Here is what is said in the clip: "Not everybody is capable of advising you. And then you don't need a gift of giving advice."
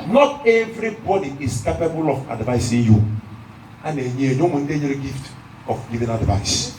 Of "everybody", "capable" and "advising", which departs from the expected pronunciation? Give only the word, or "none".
advising